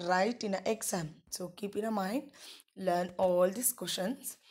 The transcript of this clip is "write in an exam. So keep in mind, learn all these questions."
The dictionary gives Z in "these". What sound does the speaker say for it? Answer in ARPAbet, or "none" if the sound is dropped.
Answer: S